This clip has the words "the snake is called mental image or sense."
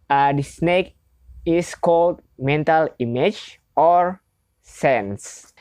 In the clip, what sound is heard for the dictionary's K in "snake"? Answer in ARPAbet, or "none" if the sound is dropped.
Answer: K